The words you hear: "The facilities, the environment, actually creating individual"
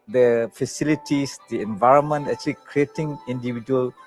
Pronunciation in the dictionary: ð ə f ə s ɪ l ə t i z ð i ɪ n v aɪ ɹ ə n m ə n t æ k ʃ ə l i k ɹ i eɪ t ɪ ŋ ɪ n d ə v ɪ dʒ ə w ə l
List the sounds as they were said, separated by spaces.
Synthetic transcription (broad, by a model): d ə f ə s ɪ l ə t i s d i ɪ n v aɪ ɹ ə n m ə n t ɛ k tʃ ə l i k ɹ i eɪ t ɪ ŋ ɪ n d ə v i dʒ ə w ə l